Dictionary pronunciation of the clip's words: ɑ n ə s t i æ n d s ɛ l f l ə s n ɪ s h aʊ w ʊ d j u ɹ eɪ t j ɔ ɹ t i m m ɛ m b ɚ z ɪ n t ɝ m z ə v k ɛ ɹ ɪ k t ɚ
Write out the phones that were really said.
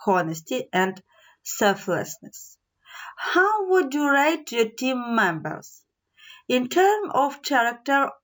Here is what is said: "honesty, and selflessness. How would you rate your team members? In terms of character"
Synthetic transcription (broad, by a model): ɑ n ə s t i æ n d s ɛ l f l ə s n ɪ s h aʊ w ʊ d j u ɹ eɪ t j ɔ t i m m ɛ m b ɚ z ɪ n t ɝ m ə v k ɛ ɹ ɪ k t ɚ